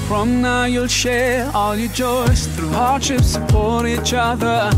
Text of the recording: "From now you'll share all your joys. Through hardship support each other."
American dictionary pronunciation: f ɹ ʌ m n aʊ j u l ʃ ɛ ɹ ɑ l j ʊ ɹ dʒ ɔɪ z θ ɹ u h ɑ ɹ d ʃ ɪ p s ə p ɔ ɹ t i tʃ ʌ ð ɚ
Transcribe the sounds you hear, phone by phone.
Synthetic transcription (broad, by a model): f ɹ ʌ m n aʊ j u l ʃ ɛ ɹ ɑ l j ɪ dʒ ɔɪ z θ ɹ u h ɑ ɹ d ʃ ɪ p s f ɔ ɹ i tʃ ʌ ð ɚ